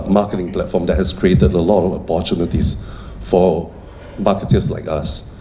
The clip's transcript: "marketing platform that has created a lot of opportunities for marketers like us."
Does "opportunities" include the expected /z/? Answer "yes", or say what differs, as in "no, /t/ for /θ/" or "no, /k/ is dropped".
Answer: no, /s/ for /z/